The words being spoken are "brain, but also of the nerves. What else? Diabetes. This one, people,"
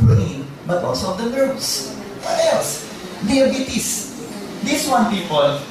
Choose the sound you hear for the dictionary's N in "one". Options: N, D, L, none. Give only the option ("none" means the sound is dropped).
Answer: N